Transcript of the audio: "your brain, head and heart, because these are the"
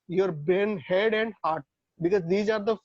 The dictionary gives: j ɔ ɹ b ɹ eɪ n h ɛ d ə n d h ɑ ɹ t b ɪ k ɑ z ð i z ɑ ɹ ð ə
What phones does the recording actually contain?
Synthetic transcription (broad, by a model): j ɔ ɹ b eɪ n h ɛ d ə n d h ɑ ɹ t b ɪ k ɑ z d i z ɑ ɹ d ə